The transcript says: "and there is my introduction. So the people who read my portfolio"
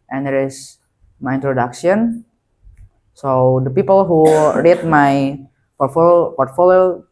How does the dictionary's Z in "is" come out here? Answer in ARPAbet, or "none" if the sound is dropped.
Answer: S